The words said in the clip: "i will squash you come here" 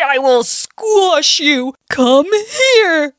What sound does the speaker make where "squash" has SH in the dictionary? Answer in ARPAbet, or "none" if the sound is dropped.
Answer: SH